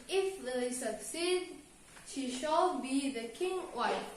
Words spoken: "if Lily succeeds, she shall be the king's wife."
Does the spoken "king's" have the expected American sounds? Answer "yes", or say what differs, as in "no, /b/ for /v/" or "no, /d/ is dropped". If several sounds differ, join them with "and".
no, /z/ is dropped